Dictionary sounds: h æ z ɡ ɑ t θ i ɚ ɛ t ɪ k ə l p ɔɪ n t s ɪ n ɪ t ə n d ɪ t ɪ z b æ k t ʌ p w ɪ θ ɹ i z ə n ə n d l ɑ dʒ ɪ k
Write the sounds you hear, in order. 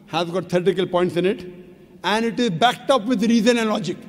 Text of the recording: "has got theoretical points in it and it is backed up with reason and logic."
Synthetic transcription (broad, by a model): h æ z ɡ ɑ t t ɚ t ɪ k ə l p ɔɪ n t s ɪ n ɪ t ə n d ɪ t ɪ z b æ k t ʌ p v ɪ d ɹ i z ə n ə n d l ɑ dʒ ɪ k